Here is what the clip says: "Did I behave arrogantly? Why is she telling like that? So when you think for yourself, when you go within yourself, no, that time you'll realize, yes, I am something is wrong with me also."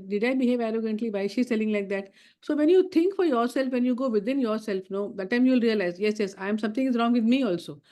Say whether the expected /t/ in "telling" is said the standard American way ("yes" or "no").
no